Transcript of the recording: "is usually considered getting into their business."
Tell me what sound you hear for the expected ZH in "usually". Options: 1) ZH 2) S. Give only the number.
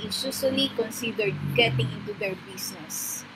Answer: 2